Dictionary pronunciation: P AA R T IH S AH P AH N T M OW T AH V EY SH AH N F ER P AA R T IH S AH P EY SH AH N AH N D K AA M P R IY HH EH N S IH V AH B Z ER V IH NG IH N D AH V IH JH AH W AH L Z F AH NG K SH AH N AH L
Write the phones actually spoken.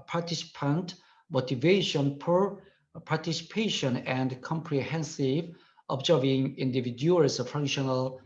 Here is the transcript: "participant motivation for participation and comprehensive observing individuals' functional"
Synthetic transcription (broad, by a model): P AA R T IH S P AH N T M OW T AH V EY SH AH N P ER P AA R T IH S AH P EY SH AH N AH N D K AA M P R IY HH EH N S IH V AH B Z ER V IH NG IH N D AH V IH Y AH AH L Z F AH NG K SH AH N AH L